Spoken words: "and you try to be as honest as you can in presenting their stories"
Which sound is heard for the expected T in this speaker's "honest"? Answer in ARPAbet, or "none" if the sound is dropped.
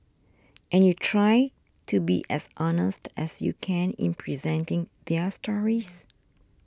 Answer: T